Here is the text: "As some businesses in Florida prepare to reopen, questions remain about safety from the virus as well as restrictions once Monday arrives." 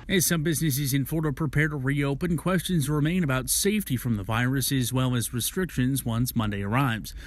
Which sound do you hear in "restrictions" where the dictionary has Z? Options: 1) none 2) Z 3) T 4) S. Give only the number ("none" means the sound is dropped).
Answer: 2